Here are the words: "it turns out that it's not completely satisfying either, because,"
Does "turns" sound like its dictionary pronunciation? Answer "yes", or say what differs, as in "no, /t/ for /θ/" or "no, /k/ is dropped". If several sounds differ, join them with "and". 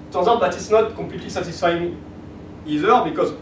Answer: no, /n/ is dropped